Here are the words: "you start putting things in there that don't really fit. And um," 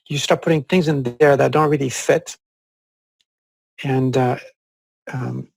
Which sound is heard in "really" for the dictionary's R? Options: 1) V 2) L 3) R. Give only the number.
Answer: 3